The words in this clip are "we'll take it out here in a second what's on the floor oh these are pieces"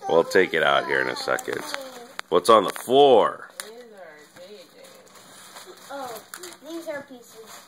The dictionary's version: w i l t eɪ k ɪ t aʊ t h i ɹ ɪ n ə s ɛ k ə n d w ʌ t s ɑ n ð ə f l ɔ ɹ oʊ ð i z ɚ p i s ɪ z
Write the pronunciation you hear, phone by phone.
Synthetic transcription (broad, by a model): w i l t eɪ k ɪ t aʊ t h i ɹ ɪ n ə s ɛ k ə n d w ʌ t s n ð ə f ɔ ɹ oʊ ð i z ɚ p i s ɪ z